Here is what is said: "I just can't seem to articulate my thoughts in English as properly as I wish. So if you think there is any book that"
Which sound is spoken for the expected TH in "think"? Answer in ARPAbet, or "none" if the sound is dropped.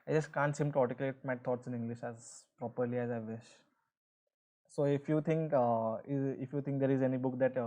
T